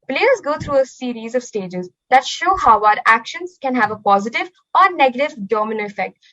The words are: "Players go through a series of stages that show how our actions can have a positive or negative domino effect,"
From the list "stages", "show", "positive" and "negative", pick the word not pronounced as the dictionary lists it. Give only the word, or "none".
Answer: none